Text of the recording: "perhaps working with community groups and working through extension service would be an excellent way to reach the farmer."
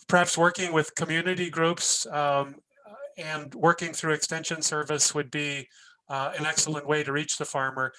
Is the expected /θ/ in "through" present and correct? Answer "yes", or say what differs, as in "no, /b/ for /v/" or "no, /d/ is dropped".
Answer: yes